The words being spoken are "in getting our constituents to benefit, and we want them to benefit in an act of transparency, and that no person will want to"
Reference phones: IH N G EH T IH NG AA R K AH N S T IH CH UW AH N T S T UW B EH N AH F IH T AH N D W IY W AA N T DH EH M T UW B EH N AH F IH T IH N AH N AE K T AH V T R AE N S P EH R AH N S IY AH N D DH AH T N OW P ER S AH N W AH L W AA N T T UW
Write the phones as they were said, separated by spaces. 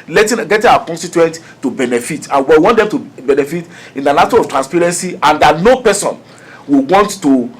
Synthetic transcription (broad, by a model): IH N G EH T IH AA K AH N S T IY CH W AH N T T UW B EH N AH F IH T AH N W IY W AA N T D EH M T UW B EH N AH F IH T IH N AH N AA T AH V T R AE N S P EH R AH N S IY AH N D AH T N OW P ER S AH N W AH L W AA N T T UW